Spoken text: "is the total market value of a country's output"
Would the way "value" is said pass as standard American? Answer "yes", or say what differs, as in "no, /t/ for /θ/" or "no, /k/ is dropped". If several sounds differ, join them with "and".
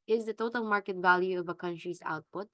yes